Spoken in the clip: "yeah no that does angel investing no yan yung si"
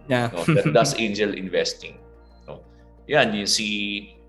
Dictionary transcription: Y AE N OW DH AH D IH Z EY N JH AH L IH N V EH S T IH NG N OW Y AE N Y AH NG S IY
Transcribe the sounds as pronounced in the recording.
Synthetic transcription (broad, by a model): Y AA N OW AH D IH S EY N JH AH L IH N V EH S T IH NG N OW Y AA N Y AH S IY